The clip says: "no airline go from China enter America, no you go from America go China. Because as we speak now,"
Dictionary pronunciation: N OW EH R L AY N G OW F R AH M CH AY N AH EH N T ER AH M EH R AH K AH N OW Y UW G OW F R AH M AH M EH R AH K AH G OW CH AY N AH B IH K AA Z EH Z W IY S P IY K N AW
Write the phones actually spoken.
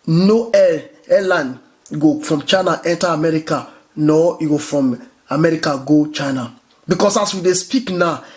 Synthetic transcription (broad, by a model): N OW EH L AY N G OW F R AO M CH AY N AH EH N T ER AH M EH R AH K AH N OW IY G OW F R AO M AH M EH R AH K AH G OW CH AY N AH B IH K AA S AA S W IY S P IY K N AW